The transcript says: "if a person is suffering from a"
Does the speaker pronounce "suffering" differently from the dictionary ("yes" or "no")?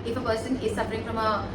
yes